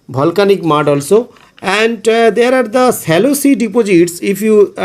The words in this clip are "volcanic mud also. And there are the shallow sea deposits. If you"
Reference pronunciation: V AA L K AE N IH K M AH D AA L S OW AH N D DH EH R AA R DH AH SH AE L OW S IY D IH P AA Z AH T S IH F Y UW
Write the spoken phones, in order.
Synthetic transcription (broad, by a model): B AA L K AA N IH K M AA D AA L S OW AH N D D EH R AA R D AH S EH L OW S IY D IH P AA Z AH T S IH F Y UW